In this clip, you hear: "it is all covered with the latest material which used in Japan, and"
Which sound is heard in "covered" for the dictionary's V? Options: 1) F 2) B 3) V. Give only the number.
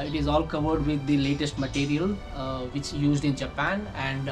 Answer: 3